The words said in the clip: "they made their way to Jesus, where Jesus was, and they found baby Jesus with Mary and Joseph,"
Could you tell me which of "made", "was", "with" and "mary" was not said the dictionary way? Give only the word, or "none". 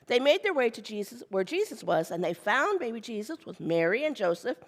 none